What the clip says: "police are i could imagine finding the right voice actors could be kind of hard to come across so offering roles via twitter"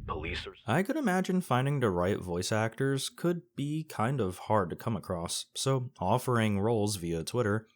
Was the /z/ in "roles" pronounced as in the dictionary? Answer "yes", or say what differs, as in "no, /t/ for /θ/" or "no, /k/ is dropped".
yes